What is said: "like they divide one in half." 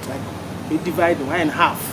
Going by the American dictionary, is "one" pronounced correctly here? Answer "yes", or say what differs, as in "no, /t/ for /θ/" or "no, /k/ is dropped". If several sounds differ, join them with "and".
no, /n/ is dropped